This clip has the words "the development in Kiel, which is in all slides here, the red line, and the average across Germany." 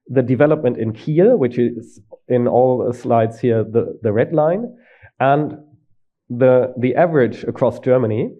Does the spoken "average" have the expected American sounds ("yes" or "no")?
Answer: yes